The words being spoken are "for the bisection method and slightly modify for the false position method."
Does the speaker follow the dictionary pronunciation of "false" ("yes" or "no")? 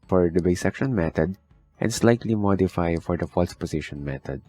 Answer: yes